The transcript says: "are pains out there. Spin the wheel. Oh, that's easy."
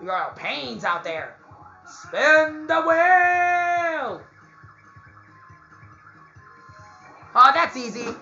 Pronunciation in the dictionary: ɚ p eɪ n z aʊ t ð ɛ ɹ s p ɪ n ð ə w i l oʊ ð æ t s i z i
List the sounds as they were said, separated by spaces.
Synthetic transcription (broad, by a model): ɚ p eɪ n z aʊ t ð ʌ ɹ s p ɪ n ð ə w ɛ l oʊ ð æ t s i z i